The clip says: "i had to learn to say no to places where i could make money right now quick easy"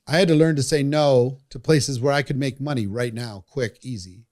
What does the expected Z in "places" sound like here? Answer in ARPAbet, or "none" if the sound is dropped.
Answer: Z